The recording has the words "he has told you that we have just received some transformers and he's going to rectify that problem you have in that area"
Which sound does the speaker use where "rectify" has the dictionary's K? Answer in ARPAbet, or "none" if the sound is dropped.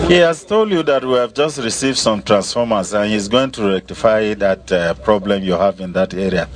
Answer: K